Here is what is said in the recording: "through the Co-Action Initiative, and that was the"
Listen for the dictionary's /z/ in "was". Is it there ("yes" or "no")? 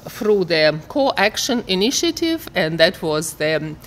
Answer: yes